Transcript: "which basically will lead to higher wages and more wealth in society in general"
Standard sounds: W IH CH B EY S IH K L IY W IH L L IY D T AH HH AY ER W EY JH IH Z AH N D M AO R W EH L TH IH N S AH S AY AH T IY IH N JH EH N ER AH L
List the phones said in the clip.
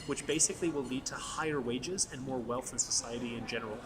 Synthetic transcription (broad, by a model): W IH CH B EY S IH K L IY W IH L L IY D T AH HH AY ER W EY JH IH Z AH N M AO R W EH L TH IH N S AH S AY AH T IY IH N JH EH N ER L